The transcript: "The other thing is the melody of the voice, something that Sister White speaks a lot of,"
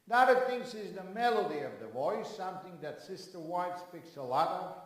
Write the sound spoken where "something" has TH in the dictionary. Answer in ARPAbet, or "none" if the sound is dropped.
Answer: TH